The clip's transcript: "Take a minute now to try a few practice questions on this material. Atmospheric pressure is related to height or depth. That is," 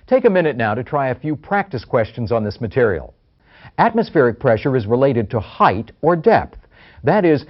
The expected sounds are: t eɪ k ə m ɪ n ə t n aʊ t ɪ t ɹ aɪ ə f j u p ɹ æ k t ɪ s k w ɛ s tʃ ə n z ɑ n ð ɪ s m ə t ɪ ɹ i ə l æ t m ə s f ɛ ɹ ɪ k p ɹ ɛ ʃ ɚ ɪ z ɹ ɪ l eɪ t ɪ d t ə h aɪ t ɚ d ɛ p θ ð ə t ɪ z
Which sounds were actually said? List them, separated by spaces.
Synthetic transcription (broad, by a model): t eɪ k ə m ɪ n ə t n aʊ t ɪ t ɹ aɪ ə f j u p ɹ æ k t ɪ s k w ɛ s tʃ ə n z n ð ɪ s m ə t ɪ ɹ i l æ t m ə s f ɛ ɹ ɪ k p ɹ ɛ ʃ ɚ ɪ z ɹ ɪ l eɪ t ɪ d t ə h aɪ t ɚ d ɛ p θ ð ə t ɪ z